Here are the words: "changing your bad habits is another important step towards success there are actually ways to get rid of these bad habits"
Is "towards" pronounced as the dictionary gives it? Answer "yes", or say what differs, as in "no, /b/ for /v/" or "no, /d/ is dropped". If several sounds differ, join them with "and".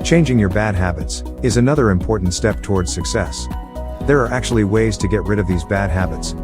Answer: yes